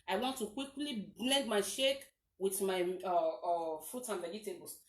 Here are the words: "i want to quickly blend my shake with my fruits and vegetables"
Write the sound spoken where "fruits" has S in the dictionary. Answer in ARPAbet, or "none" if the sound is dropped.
none